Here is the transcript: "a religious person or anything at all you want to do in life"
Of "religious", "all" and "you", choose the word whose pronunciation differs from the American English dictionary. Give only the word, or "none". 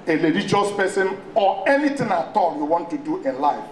religious